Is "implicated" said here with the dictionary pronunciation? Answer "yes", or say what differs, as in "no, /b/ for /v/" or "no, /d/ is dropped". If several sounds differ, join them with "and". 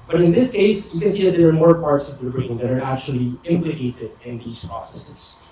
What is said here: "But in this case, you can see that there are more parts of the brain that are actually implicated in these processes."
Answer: yes